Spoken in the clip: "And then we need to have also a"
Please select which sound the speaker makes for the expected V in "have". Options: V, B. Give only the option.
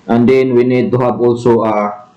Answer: B